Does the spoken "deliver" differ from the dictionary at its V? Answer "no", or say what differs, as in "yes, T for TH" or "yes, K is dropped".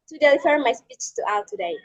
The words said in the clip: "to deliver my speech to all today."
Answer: yes, F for V